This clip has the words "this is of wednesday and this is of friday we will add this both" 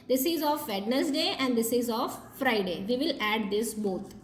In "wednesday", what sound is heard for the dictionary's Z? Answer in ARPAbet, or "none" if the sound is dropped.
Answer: S